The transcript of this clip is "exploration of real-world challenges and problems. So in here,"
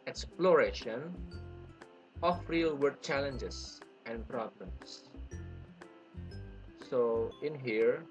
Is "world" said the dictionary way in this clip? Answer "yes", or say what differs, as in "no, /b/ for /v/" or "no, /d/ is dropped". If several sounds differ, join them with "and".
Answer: no, /l/ is dropped